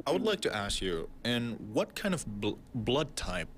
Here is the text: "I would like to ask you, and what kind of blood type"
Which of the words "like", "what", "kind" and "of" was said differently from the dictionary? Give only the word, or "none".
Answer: none